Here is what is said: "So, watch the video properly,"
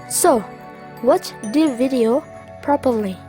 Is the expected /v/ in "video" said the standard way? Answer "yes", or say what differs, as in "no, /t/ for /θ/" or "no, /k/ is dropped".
yes